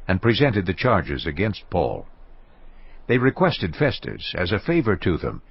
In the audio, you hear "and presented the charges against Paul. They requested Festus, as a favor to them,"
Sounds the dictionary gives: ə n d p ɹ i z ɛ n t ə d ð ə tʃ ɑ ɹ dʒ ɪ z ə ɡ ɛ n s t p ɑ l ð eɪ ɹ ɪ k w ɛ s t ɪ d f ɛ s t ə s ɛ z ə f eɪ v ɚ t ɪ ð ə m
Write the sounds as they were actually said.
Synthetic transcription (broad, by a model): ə n p ɹ i z ɛ n t ə d ð ə tʃ ɑ ɹ dʒ ɪ z ə ɡ ɛ n s t p ɑ l ð eɪ ɹ ɪ k w ɛ s t ɪ d f ɛ s t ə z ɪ z ə f eɪ v ɚ t ɪ ð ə m